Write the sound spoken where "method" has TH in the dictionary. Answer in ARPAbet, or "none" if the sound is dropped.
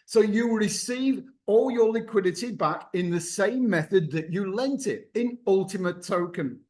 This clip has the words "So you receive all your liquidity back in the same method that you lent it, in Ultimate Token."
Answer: TH